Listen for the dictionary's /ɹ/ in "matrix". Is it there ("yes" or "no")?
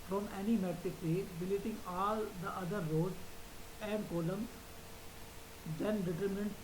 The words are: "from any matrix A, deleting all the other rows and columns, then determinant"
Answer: no